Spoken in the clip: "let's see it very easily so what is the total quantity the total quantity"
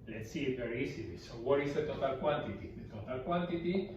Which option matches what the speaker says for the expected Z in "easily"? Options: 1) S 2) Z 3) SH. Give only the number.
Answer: 1